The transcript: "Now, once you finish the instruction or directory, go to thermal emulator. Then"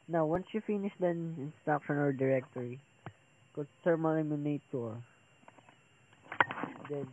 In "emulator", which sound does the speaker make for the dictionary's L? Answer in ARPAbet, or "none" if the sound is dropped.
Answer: N